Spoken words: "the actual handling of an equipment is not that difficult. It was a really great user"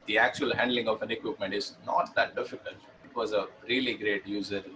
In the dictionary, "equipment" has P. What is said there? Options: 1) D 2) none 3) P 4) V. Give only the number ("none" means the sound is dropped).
3